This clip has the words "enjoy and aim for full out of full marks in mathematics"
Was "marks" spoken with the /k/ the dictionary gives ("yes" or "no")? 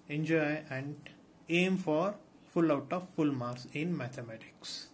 no